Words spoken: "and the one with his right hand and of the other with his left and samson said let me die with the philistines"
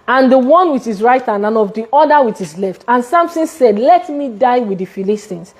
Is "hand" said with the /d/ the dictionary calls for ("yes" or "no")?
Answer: no